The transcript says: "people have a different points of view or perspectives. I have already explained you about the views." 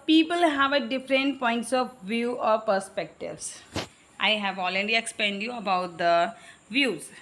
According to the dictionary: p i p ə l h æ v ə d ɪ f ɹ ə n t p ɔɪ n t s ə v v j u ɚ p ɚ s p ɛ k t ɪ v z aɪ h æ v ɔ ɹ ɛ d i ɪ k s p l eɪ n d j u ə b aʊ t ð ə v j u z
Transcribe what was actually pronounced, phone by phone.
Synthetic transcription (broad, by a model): p i p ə l h æ v ə d ɪ f ɹ ə n t p ɔɪ n t s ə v v j u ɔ p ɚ s p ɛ k t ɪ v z aɪ h æ v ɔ l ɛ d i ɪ k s p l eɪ n d j u ə b aʊ t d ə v j u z